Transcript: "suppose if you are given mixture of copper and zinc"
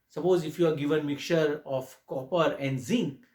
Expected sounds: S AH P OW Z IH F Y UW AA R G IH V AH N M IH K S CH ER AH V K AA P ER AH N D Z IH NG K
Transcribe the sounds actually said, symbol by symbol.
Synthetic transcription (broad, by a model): S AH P OW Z IH F Y UW AA R G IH V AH N M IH K CH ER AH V K AA P ER AH N D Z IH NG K